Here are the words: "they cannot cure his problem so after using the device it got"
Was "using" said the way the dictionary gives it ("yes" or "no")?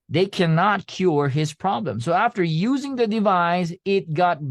yes